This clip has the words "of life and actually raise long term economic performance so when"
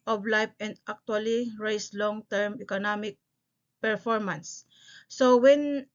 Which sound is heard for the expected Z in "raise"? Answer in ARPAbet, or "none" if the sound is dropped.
S